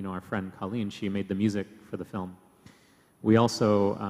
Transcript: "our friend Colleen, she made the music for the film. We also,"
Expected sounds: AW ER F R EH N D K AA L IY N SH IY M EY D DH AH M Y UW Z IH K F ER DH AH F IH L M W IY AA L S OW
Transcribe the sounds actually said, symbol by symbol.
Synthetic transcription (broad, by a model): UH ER F R EH N D K AA L IY N SH IY M EY D DH AH M Y UW Z IH K F ER DH AH F IH L M W IY AA L S OW